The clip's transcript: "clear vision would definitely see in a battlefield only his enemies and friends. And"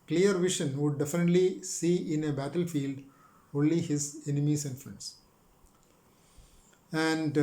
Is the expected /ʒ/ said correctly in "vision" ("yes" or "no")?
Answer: no